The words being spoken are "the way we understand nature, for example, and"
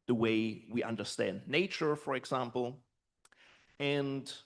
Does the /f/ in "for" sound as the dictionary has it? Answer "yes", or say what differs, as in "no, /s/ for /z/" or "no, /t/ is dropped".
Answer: yes